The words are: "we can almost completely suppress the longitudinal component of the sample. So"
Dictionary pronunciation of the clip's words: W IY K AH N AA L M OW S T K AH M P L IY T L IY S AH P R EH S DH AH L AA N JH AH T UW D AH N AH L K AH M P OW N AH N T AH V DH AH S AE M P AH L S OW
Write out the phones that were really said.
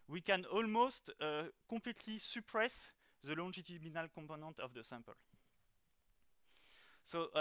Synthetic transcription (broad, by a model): W IY K AH N AA L M OW S T K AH P L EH T L IY S AH P R EH S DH AH L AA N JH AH T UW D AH N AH L K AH P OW N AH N T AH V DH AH S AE M P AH L S OW